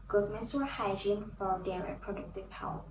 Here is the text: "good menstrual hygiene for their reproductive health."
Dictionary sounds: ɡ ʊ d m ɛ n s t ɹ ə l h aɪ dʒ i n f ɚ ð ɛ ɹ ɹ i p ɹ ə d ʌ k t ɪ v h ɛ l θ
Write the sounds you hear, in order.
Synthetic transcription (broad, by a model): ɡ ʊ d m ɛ s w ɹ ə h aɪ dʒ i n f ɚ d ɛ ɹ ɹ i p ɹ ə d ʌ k t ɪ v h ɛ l